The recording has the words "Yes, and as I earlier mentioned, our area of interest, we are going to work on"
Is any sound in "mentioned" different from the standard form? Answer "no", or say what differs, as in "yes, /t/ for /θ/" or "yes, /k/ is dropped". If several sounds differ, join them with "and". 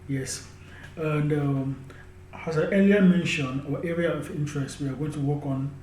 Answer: yes, /d/ is dropped